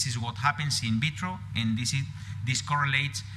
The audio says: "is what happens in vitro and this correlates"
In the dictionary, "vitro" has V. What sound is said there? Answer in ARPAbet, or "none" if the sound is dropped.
B